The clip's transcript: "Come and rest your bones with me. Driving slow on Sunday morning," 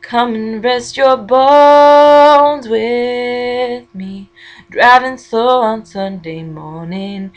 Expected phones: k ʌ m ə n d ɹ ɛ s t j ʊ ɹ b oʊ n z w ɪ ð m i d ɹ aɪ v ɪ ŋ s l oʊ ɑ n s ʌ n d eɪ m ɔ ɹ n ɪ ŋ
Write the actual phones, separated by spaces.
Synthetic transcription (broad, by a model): k ʌ m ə n ɹ ɛ s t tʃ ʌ ɹ b oʊ n z w ɪ ð m i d ɹ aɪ v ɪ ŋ s oʊ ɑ n s ʌ n d eɪ m ɔ ɹ n ɪ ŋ